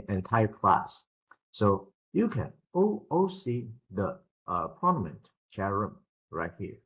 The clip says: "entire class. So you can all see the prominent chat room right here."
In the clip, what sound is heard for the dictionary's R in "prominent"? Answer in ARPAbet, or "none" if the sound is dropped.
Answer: none